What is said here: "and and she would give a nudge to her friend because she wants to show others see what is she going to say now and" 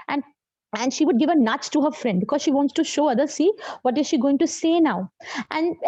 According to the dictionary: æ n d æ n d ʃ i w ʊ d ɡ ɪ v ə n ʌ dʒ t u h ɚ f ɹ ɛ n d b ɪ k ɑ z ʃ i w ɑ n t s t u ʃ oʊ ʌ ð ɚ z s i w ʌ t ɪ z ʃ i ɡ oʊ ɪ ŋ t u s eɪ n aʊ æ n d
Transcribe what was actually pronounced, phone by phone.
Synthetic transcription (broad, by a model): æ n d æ n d ʃ i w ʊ d ɡ ɪ v ə n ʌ tʃ t u h ɚ f ɹ ɛ n d b ɪ k ɑ z ʃ i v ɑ n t s t u ʃ oʊ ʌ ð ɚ s i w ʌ t ɪ z ʃ i ɡ oʊ ɪ ŋ t u s eɪ n aʊ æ n d